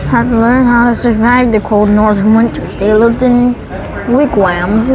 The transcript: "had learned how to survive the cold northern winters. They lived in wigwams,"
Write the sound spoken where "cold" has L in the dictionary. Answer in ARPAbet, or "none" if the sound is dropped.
L